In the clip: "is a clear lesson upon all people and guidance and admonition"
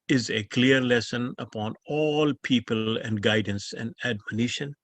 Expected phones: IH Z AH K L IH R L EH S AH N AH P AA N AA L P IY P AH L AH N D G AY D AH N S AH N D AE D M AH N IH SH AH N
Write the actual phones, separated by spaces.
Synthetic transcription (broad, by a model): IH Z AH K L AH R L EH S AH N AH P AA N AA L P IY P AH L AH N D G AY D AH N S AH N D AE D M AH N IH SH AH N